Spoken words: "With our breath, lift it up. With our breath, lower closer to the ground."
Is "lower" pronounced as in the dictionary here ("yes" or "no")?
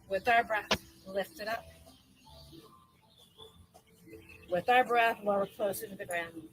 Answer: no